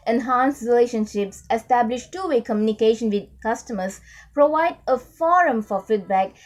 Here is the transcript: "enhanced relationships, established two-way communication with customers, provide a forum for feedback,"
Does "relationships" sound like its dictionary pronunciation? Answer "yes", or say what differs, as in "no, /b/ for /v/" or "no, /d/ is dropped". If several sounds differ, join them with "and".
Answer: yes